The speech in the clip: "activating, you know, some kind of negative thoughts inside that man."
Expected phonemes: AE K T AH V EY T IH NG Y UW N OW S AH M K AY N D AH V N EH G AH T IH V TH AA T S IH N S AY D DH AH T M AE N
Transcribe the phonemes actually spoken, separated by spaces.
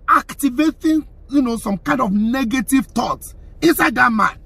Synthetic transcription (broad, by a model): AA K T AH V EY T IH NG Y UW N OW S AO M K AY N D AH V N EH G AH T IH V T AA T IH N S AY D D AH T M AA N